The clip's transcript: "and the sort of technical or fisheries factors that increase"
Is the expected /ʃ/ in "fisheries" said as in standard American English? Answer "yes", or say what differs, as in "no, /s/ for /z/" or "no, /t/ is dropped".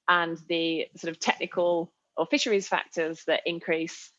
yes